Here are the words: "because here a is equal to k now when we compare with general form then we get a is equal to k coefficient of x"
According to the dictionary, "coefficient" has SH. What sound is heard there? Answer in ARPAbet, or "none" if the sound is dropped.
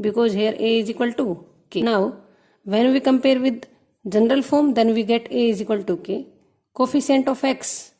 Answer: S